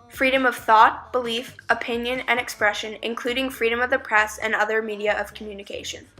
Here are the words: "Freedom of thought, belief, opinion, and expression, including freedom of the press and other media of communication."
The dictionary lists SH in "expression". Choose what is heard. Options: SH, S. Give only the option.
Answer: SH